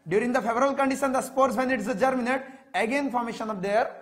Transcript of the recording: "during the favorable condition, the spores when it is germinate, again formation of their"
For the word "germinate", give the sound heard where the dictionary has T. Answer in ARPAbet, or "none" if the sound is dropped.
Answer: T